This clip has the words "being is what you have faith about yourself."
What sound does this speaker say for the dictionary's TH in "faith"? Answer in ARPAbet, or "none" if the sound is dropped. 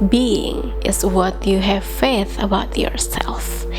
TH